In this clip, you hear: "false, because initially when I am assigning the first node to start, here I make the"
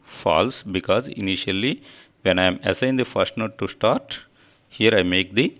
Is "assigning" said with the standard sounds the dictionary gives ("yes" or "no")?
no